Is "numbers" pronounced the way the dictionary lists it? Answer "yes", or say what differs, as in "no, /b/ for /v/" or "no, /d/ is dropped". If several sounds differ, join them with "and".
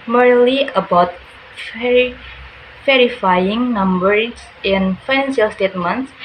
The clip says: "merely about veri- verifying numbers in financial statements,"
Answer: no, /s/ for /z/